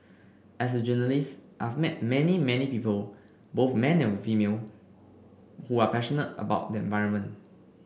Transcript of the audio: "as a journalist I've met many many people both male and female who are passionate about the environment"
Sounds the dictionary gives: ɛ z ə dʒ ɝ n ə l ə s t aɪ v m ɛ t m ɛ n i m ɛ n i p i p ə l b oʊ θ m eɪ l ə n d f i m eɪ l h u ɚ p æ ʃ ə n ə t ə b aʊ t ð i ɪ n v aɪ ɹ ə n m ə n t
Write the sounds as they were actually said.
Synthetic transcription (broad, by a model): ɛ s ə dʒ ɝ n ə l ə s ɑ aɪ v m ɛ t m ɛ n i m ɛ n i p i p ə l b oʊ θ m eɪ n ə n f i m eɪ l h u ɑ p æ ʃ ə n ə t ə b aʊ t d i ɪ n v aɪ ɹ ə n m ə n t